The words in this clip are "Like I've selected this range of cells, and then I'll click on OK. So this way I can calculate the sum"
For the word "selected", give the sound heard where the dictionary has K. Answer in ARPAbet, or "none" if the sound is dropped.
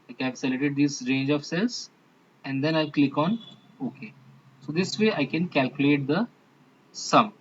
none